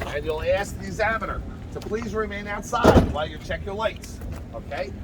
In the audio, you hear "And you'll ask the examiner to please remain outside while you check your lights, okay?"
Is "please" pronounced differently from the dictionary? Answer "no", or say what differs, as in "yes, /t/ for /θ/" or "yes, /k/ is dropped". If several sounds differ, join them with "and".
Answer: no